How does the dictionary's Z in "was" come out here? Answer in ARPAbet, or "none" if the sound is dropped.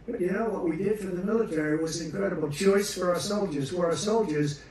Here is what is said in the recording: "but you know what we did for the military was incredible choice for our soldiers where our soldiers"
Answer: Z